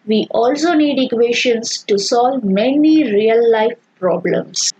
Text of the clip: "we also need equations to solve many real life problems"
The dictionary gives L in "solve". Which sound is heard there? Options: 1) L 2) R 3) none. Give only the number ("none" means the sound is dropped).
1